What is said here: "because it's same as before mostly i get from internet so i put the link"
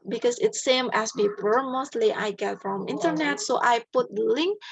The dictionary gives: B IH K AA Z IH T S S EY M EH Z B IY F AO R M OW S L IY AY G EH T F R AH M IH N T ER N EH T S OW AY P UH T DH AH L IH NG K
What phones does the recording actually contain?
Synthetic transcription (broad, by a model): B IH K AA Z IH T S S EY M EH S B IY P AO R M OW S L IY AY G EH T F R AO M IH N T ER N EH T S OW AY P UH T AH L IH NG K